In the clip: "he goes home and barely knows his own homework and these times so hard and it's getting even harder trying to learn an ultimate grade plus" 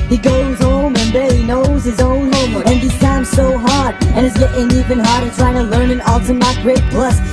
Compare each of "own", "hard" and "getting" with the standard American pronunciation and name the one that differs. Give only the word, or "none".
none